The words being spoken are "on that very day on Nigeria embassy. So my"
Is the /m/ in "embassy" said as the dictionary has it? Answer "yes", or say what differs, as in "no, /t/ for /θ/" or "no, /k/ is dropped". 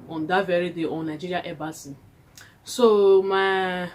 no, /m/ is dropped